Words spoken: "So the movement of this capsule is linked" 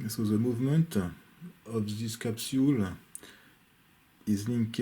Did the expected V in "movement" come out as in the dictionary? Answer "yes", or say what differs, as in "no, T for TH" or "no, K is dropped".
yes